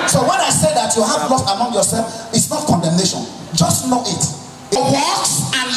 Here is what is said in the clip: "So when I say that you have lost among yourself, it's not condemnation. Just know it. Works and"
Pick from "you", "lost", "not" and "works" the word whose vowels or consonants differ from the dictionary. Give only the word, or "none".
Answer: works